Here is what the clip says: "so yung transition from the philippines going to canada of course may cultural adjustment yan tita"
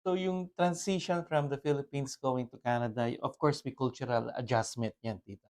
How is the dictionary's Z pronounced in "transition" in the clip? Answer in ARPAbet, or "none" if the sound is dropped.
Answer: S